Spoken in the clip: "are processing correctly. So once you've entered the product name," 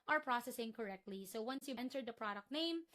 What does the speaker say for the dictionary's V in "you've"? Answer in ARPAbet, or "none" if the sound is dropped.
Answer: none